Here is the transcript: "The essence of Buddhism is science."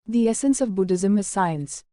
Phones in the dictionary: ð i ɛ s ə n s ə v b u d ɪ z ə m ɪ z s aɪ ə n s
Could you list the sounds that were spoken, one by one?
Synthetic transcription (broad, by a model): ð i ɛ s ə n s ə v b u d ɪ z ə m ɪ z s aɪ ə n s